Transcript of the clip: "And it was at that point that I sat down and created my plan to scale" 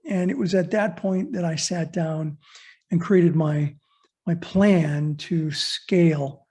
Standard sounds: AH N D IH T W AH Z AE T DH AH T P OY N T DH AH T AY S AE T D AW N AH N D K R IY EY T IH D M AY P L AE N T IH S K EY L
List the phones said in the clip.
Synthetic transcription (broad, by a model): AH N IH T W AH Z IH T DH AH T P OY N DH AH T AY S AE T D AW N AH N K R IY EY T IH D M AY P L AE N T IH S K EY L